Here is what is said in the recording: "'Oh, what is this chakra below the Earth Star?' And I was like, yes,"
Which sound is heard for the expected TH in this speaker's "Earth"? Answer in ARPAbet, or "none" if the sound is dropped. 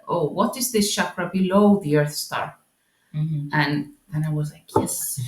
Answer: TH